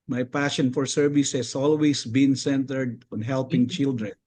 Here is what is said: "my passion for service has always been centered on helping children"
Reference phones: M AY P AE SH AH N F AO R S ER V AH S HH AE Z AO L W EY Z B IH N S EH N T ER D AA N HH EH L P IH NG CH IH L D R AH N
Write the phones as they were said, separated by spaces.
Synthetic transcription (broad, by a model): M AY P AE SH AH N F AO R S ER V AH S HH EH S AO L W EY S B IH N S EH N T ER D AA N HH EH L P IH NG CH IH L D R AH N